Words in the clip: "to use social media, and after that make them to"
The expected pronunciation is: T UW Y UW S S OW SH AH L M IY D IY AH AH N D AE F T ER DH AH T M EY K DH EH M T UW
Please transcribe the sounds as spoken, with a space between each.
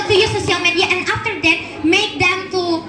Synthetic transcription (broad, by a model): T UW Y UW S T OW S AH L M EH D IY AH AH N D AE F T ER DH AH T M EY K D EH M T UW